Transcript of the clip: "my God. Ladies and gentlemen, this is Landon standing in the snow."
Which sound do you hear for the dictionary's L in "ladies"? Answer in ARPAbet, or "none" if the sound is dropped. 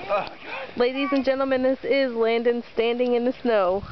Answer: L